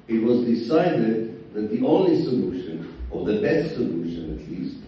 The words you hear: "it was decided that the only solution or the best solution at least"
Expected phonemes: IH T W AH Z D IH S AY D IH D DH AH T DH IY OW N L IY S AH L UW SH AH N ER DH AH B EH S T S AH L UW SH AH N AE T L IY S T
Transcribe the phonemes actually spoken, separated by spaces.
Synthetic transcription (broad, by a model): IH T W AH Z D IH S AY D IH D DH AH T DH IY OW N L IY S AH L UW SH AH N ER DH AH B EH S T S AH L UW SH AH N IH T L IY S T